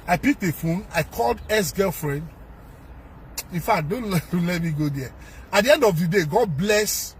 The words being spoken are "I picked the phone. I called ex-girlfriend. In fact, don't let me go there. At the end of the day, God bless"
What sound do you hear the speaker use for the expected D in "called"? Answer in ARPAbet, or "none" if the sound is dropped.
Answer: D